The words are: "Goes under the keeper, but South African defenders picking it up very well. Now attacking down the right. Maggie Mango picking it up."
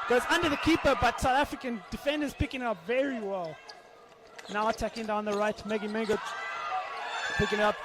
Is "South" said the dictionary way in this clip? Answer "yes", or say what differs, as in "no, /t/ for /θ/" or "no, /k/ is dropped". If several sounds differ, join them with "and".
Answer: yes